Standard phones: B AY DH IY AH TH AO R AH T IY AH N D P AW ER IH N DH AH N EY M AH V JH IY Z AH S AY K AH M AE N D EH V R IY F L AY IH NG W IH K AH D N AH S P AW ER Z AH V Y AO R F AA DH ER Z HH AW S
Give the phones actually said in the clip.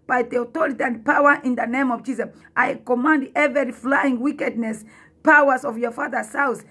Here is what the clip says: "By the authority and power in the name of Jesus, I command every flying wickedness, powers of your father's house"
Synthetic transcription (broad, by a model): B AY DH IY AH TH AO R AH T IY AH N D P AW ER IH N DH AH N EY M AH V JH IY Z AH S AY K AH M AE N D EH V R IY F L AY IH NG W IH K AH D N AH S P AW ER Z AH V Y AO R F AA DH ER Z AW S